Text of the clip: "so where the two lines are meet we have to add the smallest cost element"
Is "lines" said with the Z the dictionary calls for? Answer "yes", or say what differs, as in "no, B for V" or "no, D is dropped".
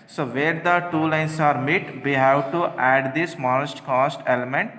no, S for Z